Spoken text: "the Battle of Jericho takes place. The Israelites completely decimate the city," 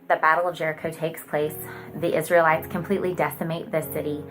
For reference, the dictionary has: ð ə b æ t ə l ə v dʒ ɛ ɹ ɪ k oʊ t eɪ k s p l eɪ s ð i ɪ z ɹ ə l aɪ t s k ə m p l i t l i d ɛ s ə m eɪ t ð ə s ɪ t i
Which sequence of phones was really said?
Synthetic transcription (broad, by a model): ð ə b æ t l ə v dʒ ɛ ɹ ɪ k oʊ t eɪ k s p l eɪ s ð i ɪ z ɹ ə l aɪ t s k ə m p l i t l i d ɛ s ə m eɪ t ð ə s ɪ t i